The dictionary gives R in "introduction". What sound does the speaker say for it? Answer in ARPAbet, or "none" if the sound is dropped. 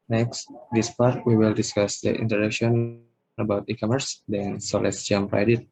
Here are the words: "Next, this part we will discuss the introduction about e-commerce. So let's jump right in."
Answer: none